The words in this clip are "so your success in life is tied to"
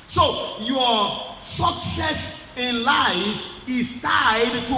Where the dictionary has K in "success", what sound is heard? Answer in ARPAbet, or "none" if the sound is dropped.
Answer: K